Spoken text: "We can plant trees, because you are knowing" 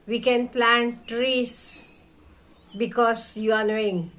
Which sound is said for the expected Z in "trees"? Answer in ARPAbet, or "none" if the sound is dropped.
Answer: S